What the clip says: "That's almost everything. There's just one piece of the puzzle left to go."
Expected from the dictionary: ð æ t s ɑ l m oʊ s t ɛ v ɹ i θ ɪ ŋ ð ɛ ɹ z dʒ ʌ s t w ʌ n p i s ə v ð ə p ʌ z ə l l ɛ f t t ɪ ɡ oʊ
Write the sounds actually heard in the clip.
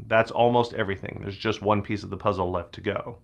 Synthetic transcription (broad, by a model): ð æ t s ɑ l m oʊ s t ɛ v ɹ i θ ɪ ŋ ð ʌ ɹ z dʒ ʌ s t w ʌ n p i s ə v ð ə p ʌ z l l ɛ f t t ɪ ɡ oʊ